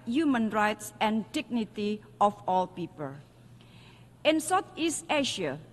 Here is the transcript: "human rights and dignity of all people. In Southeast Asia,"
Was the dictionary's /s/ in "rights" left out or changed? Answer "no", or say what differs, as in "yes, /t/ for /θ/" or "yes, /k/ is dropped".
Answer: no